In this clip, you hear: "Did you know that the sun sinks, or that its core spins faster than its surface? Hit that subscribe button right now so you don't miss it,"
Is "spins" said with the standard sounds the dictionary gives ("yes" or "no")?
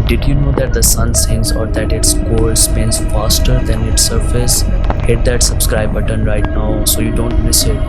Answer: no